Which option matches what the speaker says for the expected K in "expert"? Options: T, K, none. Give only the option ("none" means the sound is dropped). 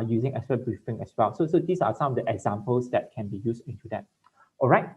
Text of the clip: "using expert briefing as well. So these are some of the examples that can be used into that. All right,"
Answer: none